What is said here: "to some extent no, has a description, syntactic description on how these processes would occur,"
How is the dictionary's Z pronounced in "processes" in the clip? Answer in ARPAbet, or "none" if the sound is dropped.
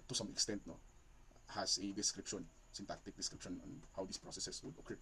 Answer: S